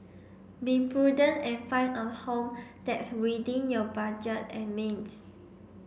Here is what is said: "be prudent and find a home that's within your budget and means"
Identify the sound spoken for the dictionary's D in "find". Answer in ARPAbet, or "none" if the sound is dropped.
none